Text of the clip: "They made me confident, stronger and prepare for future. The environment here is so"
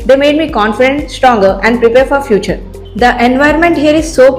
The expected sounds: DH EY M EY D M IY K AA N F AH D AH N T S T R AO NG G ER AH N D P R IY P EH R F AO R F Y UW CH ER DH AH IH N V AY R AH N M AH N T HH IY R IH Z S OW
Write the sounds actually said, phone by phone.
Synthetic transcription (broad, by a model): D EY M EY D M IY K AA N F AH D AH N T S T R AO NG G ER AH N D P R IY P EH R F AO R F Y UW CH ER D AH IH N V AY AH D M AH N T HH IY R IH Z S OW